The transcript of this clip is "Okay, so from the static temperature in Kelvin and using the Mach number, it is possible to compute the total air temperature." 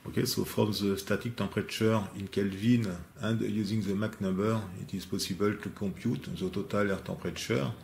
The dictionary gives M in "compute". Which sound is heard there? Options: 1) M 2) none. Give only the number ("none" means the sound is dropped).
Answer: 2